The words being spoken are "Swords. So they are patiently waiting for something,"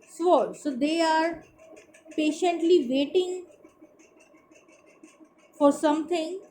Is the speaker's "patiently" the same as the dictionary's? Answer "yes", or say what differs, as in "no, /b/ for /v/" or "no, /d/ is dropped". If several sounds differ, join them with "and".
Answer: yes